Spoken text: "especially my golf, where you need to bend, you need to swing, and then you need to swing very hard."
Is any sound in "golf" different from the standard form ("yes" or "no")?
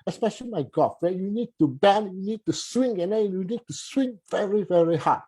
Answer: yes